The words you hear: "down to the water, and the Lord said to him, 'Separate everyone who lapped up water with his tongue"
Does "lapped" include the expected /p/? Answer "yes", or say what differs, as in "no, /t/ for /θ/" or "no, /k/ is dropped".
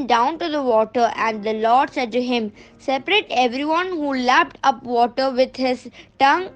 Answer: yes